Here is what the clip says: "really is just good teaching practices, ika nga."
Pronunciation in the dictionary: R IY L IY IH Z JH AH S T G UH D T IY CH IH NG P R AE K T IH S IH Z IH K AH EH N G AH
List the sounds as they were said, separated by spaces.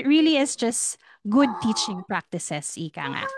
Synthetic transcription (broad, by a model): R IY L IY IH S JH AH S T G UH D T IY CH IH NG P R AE K T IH S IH S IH K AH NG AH